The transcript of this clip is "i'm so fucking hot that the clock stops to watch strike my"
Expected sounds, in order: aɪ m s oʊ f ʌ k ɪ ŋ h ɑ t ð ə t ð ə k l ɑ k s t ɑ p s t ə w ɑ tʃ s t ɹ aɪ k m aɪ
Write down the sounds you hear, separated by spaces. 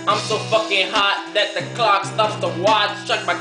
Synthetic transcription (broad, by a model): aɪ m s oʊ f ʌ k ɪ ŋ h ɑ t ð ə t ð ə k l ɑ k s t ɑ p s t ə w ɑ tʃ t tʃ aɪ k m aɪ